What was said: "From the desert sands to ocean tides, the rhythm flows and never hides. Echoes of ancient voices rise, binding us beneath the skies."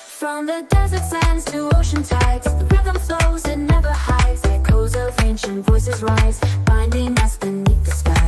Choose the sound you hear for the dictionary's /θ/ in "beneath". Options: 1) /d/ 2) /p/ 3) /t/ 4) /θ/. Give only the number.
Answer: 3